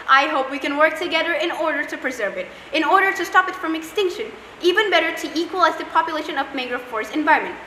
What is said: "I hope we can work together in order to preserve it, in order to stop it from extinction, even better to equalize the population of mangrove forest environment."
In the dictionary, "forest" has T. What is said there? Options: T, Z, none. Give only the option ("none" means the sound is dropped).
none